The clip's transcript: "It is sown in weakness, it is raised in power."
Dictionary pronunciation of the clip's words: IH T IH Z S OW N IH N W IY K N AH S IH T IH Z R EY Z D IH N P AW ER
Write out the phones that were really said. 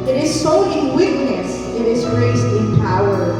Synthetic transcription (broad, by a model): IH T IH Z S OW IH N W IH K N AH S IH T IH Z R EY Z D IH N P AW ER